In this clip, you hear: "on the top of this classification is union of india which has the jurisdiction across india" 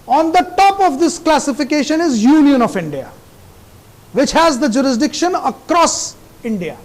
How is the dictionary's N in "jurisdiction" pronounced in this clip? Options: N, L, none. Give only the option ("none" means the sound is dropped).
N